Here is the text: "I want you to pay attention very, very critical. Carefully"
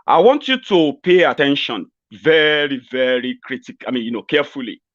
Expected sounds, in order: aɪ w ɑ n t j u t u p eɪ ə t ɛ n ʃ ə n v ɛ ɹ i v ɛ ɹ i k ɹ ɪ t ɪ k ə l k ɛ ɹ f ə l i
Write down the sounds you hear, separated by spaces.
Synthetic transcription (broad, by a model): aɪ w ɑ n t j u t u p eɪ ə t ɛ n ʃ ə n v ɛ ɹ i v ɛ ɹ i k ɹ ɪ t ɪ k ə n k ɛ f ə l i